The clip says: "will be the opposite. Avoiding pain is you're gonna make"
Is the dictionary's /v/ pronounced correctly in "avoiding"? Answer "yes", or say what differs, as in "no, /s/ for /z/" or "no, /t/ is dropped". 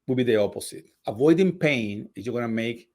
yes